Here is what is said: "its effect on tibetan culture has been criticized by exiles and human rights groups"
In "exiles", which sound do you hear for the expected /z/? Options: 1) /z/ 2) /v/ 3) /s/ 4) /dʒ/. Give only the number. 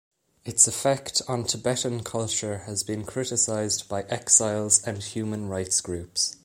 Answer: 1